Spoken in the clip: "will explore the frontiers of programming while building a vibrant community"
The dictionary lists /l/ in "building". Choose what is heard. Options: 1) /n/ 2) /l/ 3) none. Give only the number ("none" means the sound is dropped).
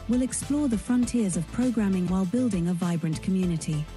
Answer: 2